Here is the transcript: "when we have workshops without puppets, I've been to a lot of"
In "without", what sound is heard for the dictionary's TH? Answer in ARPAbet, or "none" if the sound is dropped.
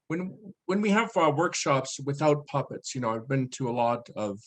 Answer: TH